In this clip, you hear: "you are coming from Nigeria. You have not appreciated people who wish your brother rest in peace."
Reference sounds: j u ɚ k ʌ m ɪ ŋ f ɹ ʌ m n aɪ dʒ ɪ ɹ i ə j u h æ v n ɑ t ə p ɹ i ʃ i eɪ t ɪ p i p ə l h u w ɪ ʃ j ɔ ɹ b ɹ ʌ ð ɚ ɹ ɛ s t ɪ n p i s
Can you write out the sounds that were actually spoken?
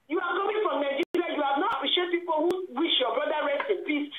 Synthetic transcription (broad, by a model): j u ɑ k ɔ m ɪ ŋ f ɹ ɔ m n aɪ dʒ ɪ l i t j u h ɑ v n ɑ t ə p ɹ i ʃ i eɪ t p i p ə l h u w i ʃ j ɔ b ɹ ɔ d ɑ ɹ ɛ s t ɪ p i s